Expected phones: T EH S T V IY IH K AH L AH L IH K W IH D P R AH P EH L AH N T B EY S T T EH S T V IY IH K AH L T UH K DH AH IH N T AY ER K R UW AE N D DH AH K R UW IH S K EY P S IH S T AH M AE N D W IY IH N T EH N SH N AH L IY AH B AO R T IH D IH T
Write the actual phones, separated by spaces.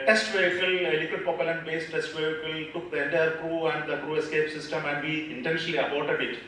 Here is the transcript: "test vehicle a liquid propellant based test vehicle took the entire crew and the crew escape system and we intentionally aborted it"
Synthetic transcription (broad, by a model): T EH S T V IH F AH L AH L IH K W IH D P AH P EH L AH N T B EY S T T EH S T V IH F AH L T UH K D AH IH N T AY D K R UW AE N D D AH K R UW IH S K EY P S IH S T AH M AE N D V IY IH N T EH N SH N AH L IY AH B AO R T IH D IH T